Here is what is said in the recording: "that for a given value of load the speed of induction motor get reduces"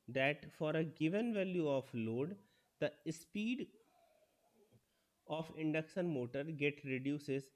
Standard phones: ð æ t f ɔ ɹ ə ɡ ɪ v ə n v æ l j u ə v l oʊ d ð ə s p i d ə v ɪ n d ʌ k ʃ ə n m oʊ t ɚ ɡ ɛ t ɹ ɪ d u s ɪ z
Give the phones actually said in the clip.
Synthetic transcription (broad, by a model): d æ t f ɔ ɹ ə ɡ ɪ v ə n v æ l j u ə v l oʊ d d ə s p i d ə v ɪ n d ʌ k s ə n m oʊ t ɚ ɡ ɛ t ɹ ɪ d u s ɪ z